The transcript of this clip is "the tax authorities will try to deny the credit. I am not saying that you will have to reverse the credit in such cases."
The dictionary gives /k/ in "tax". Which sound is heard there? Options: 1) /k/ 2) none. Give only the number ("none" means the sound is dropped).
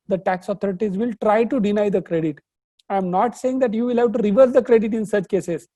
1